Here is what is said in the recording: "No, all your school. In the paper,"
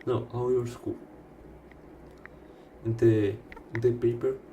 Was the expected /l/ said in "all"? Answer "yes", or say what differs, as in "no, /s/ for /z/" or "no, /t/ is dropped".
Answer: no, /w/ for /l/